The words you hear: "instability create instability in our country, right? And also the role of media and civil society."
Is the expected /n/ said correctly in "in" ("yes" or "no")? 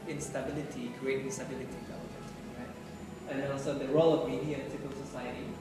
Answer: no